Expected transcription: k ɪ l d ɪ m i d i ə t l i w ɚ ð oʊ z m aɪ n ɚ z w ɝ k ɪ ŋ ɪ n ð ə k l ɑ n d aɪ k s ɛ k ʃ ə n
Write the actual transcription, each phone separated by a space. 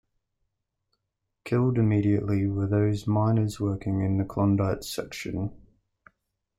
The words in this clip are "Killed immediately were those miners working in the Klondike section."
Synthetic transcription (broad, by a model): k ɪ l d ɪ m i d i ə t l i w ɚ ð oʊ z m aɪ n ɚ z w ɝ k ɪ ŋ ɪ n ð ə k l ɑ n d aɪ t s ɛ k ʃ ə n